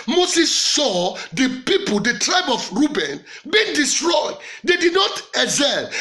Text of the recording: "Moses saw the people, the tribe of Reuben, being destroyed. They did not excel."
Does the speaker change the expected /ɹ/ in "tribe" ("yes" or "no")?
no